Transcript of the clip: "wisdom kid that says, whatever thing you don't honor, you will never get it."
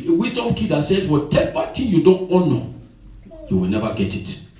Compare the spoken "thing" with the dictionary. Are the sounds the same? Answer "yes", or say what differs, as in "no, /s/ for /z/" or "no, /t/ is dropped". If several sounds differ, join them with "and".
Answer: no, /t/ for /θ/